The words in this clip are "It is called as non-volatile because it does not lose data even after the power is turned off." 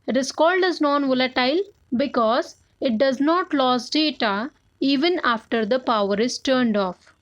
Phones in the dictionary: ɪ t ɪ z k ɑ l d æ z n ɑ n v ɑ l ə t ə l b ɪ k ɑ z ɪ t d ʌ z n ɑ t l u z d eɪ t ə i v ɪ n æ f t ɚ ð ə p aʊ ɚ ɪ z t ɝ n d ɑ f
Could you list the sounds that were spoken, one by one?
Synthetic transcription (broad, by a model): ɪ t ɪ s k ɑ l d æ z n ɑ n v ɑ l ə t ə l b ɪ k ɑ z ɪ t d ʌ z n ɑ t l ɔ s d eɪ t ə i v ɪ n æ f t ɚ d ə p aʊ ɚ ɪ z t ɝ n d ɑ f